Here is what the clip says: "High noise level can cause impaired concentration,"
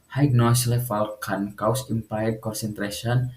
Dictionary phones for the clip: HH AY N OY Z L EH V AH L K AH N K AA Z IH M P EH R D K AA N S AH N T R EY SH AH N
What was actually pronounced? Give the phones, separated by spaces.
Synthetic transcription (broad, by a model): HH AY N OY S L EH F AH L K AH N K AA S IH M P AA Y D K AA N S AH N T R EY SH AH N